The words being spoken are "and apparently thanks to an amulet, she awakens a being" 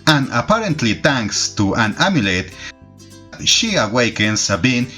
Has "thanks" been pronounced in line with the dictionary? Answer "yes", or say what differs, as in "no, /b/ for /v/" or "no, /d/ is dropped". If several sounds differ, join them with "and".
no, /t/ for /θ/